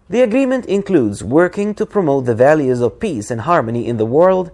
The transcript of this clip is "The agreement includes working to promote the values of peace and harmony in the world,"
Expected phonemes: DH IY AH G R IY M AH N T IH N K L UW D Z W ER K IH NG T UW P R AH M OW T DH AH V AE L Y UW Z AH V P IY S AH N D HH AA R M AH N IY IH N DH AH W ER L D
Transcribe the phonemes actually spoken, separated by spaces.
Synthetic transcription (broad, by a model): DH IY AH G R IY M AH N T IH N K L UW D Z W ER K IH NG T UW P R AH M OW T DH AH V AE L Y UW Z AH V P IY S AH N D HH AA R M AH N IY IH N DH AH W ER L D